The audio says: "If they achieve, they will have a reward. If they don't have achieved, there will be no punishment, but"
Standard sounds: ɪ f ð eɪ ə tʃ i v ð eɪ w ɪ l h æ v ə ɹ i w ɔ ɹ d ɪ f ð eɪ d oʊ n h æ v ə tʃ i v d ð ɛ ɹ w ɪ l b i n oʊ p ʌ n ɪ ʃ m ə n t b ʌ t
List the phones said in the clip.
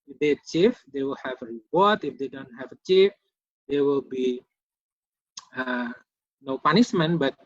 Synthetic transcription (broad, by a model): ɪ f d eɪ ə tʃ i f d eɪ w ɪ l h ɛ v ə ɹ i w ɔ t ɪ f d eɪ d oʊ n h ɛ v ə tʃ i f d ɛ w ɪ l b i n oʊ p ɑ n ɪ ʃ m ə n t b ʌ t